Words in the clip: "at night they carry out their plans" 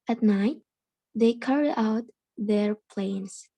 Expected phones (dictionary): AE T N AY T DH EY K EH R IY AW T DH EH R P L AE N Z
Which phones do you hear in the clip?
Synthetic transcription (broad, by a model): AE T N AY T DH EY K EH R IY AW T DH EH R P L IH N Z